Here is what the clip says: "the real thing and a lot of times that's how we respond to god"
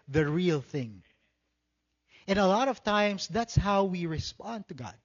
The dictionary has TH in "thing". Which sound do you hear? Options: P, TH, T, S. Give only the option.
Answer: TH